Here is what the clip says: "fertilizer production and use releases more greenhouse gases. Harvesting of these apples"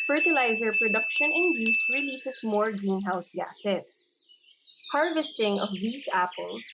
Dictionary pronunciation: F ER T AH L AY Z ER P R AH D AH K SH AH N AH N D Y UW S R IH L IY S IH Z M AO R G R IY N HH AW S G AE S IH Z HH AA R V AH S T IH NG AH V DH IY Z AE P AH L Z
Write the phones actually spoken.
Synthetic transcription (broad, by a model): F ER T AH L AY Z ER P R AH D AH K SH AH N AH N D Y UW S R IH L IY S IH S M AO R G R IY N HH AW S G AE S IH S HH AA R V AH S T IH NG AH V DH IY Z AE P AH L